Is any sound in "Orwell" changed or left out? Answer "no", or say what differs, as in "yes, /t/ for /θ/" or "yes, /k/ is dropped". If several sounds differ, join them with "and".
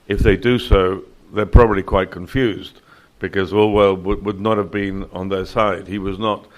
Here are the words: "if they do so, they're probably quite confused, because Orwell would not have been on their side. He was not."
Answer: yes, /l/ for /ɹ/